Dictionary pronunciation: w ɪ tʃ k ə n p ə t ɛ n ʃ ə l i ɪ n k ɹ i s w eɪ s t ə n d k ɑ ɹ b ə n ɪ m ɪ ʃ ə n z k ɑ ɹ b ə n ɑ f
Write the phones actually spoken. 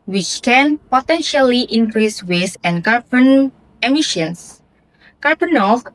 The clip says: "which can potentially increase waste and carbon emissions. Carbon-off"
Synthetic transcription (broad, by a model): w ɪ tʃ k ə n p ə t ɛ n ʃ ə l i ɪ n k ɹ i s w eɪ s ə n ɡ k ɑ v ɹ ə n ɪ m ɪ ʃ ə n s k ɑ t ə n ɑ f